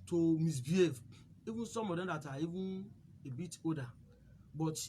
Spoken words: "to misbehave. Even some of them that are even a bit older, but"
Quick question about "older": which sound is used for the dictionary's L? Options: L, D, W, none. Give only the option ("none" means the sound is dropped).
none